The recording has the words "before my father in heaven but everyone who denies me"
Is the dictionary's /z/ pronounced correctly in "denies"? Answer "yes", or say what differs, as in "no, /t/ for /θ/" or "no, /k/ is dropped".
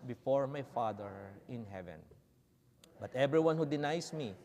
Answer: no, /s/ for /z/